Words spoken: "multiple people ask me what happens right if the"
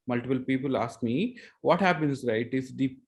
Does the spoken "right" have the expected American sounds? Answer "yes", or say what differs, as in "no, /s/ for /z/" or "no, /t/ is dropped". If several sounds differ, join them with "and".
yes